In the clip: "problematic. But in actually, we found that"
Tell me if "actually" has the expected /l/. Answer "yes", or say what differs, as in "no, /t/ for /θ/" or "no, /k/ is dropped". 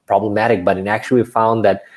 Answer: no, /l/ is dropped